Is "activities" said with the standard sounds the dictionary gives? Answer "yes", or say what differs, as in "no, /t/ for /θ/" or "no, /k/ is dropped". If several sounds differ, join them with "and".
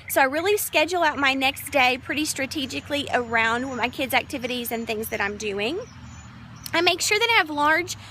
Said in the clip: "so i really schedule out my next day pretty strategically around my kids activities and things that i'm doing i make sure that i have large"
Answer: yes